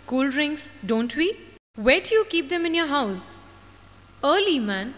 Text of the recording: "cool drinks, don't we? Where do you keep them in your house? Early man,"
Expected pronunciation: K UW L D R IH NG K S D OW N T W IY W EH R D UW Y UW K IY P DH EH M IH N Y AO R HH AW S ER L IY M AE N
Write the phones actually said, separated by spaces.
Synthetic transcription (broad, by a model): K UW L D R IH NG S D OW N T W IY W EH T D Y UW K IY P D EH M IH N Y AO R HH AW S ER L IY M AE N